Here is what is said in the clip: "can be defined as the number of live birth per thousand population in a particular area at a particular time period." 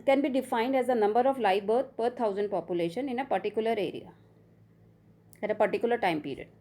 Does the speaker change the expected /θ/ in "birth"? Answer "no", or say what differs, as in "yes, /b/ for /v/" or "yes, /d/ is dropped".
yes, /t/ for /θ/